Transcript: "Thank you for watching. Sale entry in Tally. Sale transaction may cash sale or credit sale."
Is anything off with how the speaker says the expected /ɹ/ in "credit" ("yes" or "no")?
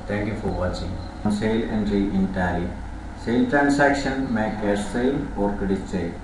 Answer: yes